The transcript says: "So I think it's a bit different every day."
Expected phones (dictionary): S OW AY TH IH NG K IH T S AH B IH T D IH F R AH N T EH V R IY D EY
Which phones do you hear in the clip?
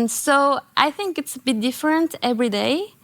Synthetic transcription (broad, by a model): S OW AY TH IH NG K IH T S AH B IH T D IH F R AH N T EH V R IY D EY